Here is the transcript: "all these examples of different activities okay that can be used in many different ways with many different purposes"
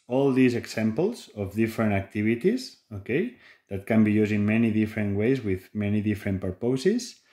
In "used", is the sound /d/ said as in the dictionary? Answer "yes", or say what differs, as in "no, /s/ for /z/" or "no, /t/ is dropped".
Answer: no, /d/ is dropped